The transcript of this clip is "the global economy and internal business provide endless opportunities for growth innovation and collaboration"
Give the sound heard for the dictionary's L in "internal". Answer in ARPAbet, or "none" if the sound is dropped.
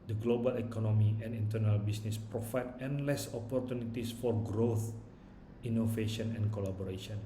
L